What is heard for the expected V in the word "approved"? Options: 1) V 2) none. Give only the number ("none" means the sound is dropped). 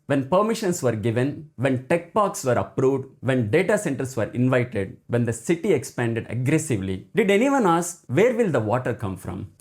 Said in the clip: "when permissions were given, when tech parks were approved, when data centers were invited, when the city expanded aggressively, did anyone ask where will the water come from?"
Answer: 1